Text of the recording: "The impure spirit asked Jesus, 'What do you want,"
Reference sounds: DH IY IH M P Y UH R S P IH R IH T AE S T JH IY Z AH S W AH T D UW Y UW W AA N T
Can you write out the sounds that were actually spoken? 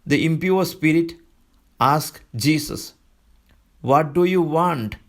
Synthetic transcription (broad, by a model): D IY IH M P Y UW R S P IH R IH T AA S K JH IY S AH S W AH T D UW Y UW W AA N T